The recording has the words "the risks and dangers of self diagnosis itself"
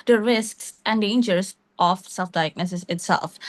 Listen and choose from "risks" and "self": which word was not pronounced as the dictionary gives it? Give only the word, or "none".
none